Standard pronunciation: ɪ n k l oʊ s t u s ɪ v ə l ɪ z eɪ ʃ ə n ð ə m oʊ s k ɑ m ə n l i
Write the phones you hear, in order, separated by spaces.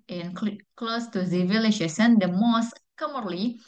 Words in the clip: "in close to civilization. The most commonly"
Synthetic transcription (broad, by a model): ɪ n k l oʊ s t u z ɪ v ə l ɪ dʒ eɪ s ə n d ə m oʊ s k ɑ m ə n l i